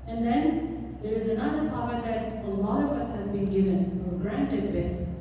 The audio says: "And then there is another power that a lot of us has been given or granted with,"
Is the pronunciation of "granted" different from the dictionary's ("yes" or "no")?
no